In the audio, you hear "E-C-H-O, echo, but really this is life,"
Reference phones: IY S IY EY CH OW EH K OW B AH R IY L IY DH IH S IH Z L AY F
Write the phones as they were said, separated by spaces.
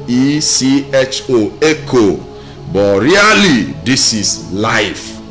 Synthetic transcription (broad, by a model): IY S IY EY CH OW EH K OW B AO R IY L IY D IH S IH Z L AY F